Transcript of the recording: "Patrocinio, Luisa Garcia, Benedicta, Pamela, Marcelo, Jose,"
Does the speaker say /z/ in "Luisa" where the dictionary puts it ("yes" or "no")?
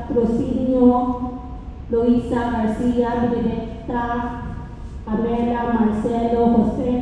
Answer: no